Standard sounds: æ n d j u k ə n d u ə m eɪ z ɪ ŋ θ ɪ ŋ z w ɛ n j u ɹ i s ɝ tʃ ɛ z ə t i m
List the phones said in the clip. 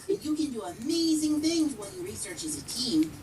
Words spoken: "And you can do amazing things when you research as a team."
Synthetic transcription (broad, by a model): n j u k ə n d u ə m eɪ z ɪ ŋ θ ɪ ŋ z w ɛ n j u ɹ i s ɝ tʃ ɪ z ə t i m